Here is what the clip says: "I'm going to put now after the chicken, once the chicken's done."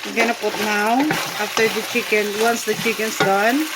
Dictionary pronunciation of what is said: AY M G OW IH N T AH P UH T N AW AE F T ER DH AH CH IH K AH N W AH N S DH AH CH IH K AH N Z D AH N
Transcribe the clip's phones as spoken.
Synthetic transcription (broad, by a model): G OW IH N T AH P UH T N AW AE F T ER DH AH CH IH K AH N W AH N S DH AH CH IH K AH N S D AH N